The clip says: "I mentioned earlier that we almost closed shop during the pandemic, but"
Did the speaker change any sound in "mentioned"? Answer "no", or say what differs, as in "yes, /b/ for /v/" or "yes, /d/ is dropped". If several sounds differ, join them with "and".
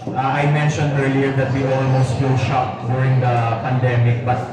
no